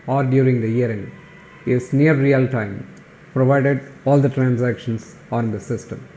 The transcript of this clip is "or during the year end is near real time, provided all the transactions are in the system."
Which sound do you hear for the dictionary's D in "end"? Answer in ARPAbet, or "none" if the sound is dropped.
none